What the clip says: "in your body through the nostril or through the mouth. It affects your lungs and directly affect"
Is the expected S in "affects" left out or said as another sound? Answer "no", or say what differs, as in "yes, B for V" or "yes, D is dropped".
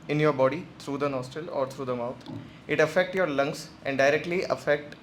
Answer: yes, S is dropped